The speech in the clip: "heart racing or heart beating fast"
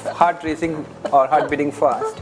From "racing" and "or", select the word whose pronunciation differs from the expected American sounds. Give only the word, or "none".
none